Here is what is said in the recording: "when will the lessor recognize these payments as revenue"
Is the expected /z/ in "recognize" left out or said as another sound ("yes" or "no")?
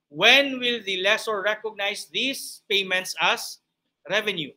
yes